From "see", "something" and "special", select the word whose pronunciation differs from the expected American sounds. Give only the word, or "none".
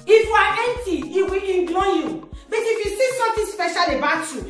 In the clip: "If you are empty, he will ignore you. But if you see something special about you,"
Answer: something